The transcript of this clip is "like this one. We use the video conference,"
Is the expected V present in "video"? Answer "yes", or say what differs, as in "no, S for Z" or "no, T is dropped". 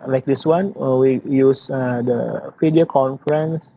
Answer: no, F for V